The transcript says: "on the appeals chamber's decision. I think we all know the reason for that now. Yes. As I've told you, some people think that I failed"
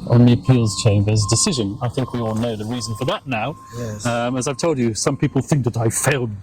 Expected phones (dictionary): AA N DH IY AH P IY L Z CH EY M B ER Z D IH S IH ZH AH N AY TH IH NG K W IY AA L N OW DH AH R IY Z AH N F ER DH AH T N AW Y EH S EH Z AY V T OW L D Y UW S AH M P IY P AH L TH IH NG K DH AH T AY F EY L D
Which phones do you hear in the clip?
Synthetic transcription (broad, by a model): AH N DH IY AH P IY L Z CH EY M B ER Z D IH S IH ZH AH N AY TH IH NG K W IY AA L N OW DH AH R IY Z AH N F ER DH AH T N AW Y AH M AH Z AY V T OW L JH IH S AH M P IY P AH L TH IH NG K DH AH T AY F EY L D